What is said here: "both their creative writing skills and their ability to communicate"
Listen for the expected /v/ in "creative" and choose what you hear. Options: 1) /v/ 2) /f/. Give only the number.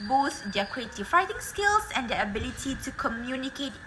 2